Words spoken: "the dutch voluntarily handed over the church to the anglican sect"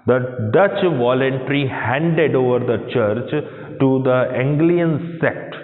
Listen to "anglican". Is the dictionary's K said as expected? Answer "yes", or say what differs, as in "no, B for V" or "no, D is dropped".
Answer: no, K is dropped